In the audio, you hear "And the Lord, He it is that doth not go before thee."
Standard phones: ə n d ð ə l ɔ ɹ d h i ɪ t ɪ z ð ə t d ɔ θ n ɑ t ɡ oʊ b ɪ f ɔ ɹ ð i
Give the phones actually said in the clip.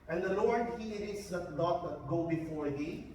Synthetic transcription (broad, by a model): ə n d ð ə l ɔ ɹ d h i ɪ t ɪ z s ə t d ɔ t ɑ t ɡ oʊ b ɪ f ɔ ɹ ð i